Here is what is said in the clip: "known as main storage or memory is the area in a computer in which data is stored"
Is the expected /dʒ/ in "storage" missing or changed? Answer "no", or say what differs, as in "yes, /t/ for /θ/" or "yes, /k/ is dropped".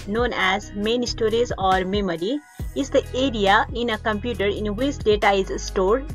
yes, /z/ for /dʒ/